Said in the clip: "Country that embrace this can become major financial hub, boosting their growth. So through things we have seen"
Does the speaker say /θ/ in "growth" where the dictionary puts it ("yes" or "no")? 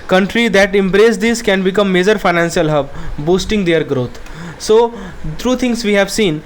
no